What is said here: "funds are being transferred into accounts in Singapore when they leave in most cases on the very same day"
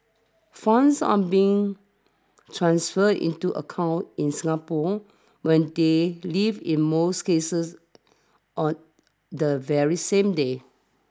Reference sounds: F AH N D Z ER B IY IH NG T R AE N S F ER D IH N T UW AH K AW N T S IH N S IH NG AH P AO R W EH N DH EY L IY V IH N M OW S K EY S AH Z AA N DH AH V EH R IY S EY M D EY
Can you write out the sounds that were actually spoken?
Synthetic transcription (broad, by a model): F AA N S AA B IY IH NG T R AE N S F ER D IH N T UW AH K AW N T IH N S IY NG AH P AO W EH N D EY L IY V IH N M OW S K EY S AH S AA N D AH V EH R IY S EY M D EY